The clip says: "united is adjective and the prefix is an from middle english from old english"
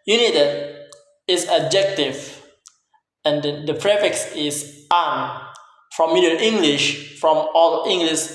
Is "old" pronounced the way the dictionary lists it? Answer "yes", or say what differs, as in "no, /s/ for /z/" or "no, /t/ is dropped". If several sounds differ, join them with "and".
no, /d/ is dropped